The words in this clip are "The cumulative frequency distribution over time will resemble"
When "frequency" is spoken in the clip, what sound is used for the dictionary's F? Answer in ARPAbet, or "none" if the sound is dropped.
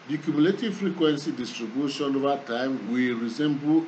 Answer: F